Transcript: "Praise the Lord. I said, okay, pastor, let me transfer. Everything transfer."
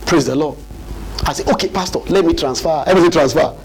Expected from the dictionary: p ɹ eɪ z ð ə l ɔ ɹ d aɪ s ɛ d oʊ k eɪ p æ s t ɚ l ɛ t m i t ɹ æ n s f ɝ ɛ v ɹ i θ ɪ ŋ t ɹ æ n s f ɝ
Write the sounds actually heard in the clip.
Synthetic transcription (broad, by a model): p ɹ eɪ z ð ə l ɔ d aɪ s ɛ oʊ k eɪ p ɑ s t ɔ l ɛ t m i t ɹ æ n s f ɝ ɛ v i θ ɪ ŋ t ɹ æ n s f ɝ